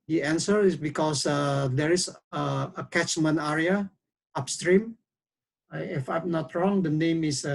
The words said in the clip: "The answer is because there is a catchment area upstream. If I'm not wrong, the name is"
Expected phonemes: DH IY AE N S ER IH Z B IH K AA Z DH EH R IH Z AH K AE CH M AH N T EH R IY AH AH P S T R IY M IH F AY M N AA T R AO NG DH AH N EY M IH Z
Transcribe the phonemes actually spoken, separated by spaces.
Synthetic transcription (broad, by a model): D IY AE N S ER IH S B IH K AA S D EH R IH S AH K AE CH M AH N EH R IY AH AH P S T R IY M IH F AY M N AA T R AO NG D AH N EY M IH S